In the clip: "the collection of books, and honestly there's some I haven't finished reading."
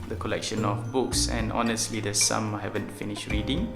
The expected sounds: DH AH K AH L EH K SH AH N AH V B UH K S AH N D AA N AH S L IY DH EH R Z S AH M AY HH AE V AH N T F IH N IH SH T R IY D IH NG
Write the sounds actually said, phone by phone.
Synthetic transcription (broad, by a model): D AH K AH L EH K SH AH N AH F B UH K S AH N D AA N AH S L IY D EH S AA M HH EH V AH N T F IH N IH SH T R IY D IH NG